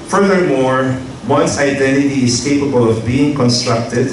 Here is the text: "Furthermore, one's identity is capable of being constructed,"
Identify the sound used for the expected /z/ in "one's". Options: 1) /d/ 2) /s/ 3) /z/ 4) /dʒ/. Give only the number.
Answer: 2